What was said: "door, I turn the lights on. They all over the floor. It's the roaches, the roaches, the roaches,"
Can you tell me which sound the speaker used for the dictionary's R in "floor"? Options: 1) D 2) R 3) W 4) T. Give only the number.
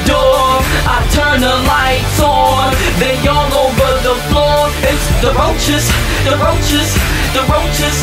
2